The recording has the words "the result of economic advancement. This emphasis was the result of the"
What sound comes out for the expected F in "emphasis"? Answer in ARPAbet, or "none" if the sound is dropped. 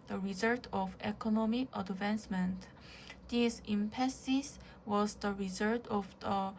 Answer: P